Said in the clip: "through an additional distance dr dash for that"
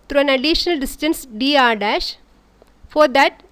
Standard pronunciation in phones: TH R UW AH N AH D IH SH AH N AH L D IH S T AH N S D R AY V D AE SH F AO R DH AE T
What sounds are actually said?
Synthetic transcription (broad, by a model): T R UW AH N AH D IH SH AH N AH L D IH S T AH N S D IY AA D AE SH F AO R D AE T